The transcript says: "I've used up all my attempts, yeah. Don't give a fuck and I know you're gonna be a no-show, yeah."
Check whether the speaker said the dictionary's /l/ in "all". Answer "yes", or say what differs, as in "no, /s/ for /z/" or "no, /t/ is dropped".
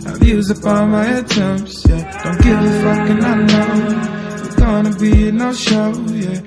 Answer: no, /n/ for /l/